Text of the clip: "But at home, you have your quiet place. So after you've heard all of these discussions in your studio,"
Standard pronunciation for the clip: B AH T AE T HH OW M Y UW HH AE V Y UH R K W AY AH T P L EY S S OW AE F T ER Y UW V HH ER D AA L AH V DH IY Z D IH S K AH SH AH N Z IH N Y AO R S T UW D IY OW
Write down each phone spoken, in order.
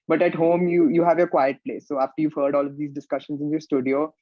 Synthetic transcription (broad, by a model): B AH T AE T HH OW M Y UW HH AE V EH K W AY AH T P L EY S S OW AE F T ER Y UW V HH ER D AA L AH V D IY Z D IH S K AH SH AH N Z IH N Y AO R S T UW D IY OW